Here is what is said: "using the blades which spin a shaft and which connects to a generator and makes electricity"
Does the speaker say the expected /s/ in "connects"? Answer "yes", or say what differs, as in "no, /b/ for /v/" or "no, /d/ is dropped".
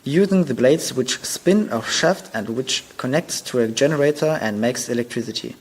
yes